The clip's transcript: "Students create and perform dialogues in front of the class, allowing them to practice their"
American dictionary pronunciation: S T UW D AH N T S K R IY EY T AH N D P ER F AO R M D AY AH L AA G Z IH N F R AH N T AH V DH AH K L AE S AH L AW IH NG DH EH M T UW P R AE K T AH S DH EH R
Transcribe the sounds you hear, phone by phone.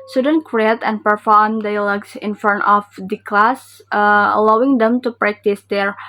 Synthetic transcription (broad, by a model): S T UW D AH N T K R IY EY T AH N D P ER F AO R M D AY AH L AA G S IH N F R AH N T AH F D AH K L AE S AH L AW IH NG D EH M T UW P R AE K T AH S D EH R